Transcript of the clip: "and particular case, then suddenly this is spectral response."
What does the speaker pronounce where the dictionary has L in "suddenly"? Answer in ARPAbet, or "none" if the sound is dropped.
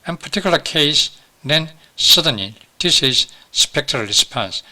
none